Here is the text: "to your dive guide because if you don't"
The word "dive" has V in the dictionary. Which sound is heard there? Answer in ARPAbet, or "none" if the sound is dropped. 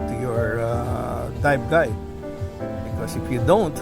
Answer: B